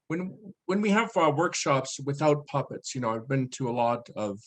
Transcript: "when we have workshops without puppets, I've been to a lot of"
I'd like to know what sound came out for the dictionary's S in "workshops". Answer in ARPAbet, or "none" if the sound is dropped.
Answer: S